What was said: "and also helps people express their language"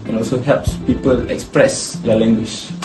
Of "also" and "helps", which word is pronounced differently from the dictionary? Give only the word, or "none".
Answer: none